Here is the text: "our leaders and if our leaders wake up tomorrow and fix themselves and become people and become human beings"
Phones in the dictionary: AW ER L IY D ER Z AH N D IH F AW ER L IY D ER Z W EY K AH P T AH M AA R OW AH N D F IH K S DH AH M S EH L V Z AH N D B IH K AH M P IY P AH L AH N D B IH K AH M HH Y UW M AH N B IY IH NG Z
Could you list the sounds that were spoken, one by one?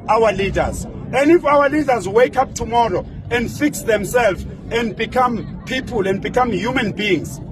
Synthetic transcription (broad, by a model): AW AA L IY D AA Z AH N D IH F AW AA L IY D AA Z W EY K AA P T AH M AA R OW AH N D F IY K S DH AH M S EH L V AH N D B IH K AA M P IY P AH L AH N D B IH K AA M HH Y UW M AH N B IY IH NG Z